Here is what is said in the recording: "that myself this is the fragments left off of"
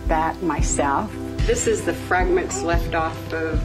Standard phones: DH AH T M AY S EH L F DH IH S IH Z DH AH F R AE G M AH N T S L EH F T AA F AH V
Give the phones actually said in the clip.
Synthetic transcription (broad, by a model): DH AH T M AY S EH L F DH IH S IH Z DH AH F R AE G M AH N T S L EH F T AA F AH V